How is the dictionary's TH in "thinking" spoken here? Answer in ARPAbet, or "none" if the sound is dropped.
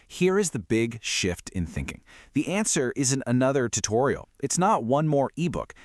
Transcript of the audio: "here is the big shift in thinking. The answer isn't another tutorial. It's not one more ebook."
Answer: TH